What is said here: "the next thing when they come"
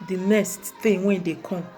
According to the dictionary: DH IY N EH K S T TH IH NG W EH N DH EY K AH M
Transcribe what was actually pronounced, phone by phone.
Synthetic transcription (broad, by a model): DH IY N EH S T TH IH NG W EH N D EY K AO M